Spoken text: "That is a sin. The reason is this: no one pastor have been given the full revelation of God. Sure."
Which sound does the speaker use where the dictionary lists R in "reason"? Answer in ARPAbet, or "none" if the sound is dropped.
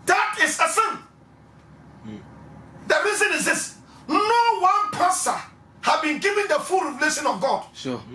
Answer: R